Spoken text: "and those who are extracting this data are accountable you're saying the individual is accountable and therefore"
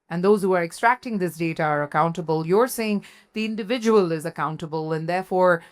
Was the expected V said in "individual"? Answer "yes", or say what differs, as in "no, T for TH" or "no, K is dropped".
yes